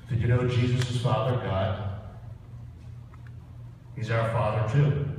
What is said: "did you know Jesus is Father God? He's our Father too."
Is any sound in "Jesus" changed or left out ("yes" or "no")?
no